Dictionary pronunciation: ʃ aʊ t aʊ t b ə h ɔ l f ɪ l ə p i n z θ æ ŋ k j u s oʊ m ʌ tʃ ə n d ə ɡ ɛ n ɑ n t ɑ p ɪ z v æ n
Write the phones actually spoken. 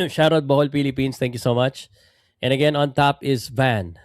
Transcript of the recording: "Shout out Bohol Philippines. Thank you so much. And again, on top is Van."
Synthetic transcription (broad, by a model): ʃ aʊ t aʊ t b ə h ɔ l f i l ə p i n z t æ ŋ k j u s oʊ m ʌ tʃ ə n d ə ɡ ɛ n ɑ n t ɑ p ɪ z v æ n